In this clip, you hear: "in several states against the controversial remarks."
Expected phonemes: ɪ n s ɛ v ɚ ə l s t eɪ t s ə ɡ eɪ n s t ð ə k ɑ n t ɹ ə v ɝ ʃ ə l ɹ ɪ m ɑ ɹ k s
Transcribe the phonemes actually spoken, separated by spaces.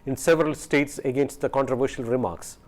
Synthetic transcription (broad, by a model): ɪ n s ɛ v ɚ ə l s t eɪ t s ə ɡ eɪ n s t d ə k ɑ n t ɹ ə v ɝ ʃ ə l ɹ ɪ m ɑ ɹ k s